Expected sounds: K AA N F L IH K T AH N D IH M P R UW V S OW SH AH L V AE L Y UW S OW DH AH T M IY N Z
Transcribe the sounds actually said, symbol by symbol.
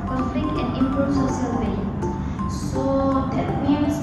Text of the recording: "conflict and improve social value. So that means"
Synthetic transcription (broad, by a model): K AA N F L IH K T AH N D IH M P R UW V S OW S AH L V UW S OW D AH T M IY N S